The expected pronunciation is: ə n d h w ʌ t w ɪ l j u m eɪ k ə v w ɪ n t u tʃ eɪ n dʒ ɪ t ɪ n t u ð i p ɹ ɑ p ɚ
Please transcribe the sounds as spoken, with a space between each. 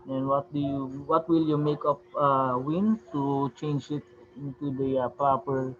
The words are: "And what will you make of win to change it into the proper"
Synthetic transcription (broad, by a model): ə n d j w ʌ t w ɪ l j u m eɪ k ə p w ɪ n t u tʃ eɪ n dʒ ɪ t ɪ n t u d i p ɹ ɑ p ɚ